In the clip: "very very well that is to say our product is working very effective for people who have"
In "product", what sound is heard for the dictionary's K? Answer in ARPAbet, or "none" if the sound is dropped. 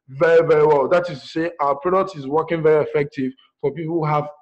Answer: none